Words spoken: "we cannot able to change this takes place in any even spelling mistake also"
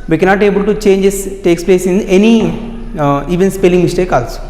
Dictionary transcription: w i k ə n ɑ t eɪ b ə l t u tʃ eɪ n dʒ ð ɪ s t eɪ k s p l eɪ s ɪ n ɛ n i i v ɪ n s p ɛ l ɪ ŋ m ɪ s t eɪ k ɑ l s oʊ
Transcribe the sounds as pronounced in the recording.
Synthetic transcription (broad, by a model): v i k ə n ɑ t eɪ b ə l t u tʃ eɪ n dʒ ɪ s t eɪ k s p l eɪ s ɪ n ɛ n i i v ɪ n s p ɛ l ɪ ŋ m ɪ s t eɪ k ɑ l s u